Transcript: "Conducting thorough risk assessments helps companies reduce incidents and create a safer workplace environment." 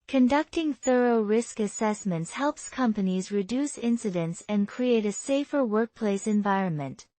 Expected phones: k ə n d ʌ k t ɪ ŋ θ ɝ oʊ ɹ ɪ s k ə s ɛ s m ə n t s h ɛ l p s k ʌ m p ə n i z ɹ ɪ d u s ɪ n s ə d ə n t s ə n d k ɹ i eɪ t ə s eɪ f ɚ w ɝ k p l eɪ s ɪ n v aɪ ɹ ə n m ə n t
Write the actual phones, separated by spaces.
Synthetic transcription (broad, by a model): k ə n d ʌ k t ɪ ŋ θ ɝ oʊ ɹ ɪ s k ə s ɛ s m ə n t s h ɛ l p s k ʌ m p ə n i z ɹ ɪ d u s ɪ n s ə d ə n t s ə n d k ɹ i eɪ t ə s eɪ f ɚ w ɝ k p l eɪ s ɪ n v aɪ ɹ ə n m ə n t